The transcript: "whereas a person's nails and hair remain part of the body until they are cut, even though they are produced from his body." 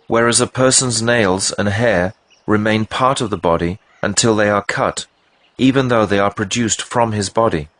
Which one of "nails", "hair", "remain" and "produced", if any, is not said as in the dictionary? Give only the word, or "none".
none